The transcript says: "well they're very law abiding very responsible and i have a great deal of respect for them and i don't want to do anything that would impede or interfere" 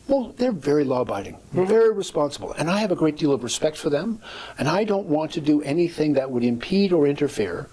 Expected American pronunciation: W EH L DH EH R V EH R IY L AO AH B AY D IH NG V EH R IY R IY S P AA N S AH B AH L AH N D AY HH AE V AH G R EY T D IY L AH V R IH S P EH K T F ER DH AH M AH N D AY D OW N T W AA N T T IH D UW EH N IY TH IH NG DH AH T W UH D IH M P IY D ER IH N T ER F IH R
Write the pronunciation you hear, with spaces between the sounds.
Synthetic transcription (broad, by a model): W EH L DH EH R V EH R IY L AO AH B AY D IH NG V EH R IY R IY S P AA N S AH B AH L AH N AY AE V AH G R EY T D IY L AH V R IH S P EH K T F ER DH AH M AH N AY D OW N T W AA N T T IH D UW EH N IY TH IH NG DH AH T W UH D IH M P IY D ER IH N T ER F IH R